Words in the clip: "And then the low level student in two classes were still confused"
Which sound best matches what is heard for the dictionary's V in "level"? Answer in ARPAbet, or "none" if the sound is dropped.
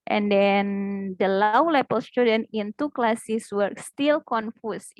P